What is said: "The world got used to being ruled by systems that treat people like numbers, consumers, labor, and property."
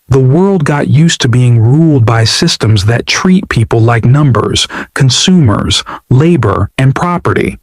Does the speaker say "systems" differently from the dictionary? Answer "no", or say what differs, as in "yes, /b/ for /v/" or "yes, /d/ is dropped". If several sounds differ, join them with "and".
no